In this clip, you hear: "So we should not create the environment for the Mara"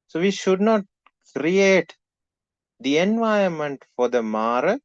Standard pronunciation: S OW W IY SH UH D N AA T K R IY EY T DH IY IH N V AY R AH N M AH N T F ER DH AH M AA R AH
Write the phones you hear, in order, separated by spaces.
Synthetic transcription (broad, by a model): S OW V IY SH UH D N AA T K R IY EY T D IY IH N V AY AH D M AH N T F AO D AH M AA R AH